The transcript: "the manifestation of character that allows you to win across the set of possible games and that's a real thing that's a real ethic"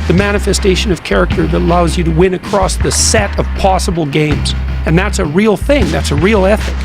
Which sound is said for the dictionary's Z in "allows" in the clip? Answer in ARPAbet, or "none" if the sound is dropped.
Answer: Z